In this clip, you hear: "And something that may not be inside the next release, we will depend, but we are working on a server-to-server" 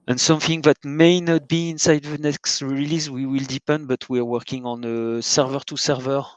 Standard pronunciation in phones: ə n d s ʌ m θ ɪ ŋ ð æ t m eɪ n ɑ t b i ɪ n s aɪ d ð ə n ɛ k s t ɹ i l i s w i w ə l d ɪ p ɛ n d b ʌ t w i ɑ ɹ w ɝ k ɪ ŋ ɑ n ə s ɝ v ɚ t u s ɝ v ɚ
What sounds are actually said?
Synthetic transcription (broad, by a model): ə n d s ʌ m θ ɪ ŋ ð æ t m eɪ n ɑ t b i ɪ n s aɪ d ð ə n ɛ k s t ɹ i l i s w i w ə l d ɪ p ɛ n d b ʌ t w i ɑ ɹ w ɝ k ɪ ŋ ɑ n ə s ɝ v ɚ t u s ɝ v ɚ